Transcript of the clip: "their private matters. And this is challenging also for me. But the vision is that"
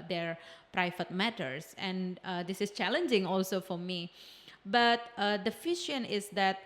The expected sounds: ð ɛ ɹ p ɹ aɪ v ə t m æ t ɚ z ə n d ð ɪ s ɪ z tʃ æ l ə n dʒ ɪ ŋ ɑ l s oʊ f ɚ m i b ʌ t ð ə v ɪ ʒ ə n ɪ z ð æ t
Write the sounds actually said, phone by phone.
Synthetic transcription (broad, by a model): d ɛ ɹ p ɹ aɪ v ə t m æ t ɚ s ə n d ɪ s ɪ s tʃ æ l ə n dʒ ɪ ŋ ɑ l s oʊ f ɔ m i b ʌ t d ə f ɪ ʃ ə n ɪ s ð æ t